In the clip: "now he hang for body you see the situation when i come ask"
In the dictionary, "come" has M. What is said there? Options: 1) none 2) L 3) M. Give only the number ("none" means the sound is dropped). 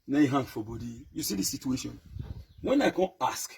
1